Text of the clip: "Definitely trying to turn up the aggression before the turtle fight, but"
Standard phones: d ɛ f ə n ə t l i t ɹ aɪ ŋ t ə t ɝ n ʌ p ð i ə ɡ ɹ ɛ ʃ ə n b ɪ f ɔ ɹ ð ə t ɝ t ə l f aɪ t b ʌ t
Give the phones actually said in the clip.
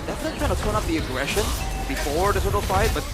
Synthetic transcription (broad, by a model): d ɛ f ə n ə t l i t aɪ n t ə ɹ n ʌ p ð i ə ɡ ɹ ɛ ʃ ə n b ɪ f ɔ ɹ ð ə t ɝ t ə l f aɪ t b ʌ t